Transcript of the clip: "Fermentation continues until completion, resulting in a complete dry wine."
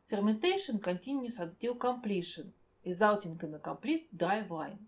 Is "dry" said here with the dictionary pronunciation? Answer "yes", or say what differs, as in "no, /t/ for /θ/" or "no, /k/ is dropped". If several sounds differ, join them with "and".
no, /ɹ/ is dropped